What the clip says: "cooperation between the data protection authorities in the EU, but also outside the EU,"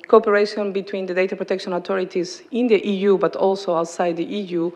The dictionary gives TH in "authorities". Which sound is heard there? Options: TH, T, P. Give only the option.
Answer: T